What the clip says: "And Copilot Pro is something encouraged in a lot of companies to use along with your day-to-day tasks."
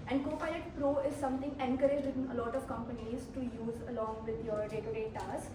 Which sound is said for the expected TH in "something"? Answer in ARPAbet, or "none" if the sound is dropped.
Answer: T